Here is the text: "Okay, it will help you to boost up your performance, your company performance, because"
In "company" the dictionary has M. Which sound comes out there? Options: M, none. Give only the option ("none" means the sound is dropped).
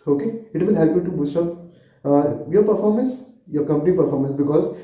M